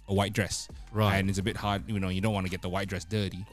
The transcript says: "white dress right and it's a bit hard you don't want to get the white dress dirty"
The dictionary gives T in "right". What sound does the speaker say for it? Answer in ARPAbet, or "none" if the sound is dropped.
none